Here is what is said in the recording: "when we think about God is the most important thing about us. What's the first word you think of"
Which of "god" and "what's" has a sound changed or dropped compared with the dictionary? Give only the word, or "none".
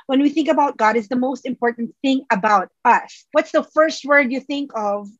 none